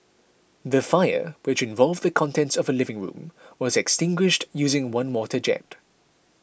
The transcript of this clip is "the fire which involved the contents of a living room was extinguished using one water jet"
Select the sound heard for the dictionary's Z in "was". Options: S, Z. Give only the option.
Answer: Z